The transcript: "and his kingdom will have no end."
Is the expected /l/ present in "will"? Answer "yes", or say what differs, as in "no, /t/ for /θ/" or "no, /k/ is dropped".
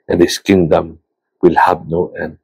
yes